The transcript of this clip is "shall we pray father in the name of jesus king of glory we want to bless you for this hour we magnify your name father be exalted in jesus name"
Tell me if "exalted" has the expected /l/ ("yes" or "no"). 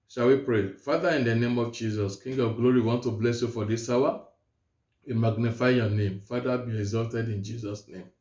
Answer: yes